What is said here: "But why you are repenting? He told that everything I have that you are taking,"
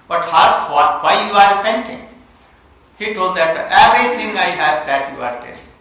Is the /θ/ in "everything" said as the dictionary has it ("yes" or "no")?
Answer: no